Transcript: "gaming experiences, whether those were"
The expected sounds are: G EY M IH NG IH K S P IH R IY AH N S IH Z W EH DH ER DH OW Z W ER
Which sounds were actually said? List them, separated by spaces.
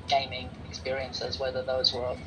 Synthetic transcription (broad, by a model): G EY M IH NG IH K S P IH R IY AH N S IH Z W EH DH ER DH OW Z W ER